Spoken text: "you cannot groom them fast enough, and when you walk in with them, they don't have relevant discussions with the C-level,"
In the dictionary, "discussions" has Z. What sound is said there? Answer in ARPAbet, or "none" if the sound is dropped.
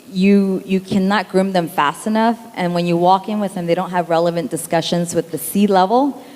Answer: Z